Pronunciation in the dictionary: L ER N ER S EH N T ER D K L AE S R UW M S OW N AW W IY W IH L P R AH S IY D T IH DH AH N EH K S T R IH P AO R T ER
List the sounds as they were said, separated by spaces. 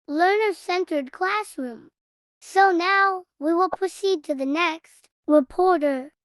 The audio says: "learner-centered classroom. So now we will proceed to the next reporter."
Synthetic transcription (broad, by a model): L ER N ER S EH N T ER D K L AE S R UW M S OW N AW W IY W IH L P R AH S IY D T IH DH AH N EH K S T R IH P AO R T ER